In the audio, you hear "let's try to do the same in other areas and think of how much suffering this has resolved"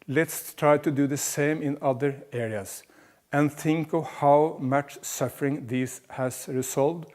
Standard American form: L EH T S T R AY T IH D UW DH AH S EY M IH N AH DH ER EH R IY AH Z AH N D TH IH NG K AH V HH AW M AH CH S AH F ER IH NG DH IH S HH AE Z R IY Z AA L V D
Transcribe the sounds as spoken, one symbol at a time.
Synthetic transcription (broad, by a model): L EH T S T R AY T IH D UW DH AH S EY M IH N AH DH ER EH R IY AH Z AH N TH IH NG K AH V HH AW M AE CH S AH F ER IH NG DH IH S HH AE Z R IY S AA L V D